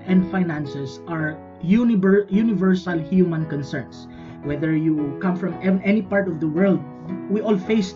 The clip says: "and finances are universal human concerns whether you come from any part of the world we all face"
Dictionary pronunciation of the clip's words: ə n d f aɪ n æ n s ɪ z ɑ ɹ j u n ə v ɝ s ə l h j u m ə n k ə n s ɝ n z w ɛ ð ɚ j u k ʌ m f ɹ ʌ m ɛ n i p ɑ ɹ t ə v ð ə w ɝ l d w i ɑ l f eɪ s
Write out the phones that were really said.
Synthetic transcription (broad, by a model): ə n d f aɪ n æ n s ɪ s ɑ ɹ j u n ə v ɝ s ə l h j u m ə n k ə n s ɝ n s w ɛ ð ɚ j u k ʌ m f ɹ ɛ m ɛ n i p ɑ ɹ t ə v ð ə w ɝ l d w i ɑ l f eɪ s